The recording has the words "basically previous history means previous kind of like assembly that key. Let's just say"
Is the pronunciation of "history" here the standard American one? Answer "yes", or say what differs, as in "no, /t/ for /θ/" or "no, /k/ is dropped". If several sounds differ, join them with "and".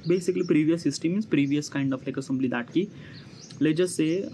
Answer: no, /ɹ/ is dropped